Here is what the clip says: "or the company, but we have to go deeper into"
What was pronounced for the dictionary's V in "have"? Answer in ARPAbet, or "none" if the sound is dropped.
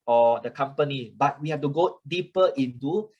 F